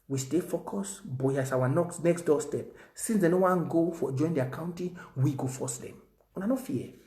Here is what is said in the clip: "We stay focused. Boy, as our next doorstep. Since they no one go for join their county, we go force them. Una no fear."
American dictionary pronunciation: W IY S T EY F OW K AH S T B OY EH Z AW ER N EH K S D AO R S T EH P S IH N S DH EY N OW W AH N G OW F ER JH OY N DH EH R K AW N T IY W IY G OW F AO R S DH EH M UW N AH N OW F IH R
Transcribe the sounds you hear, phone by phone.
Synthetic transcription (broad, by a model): W IY S T EY F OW K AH S B OY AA S AW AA N EH K S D AO S T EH P S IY N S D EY N OW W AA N G OW F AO JH OY N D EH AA K AW N T IY W IY G OW F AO S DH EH M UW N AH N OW F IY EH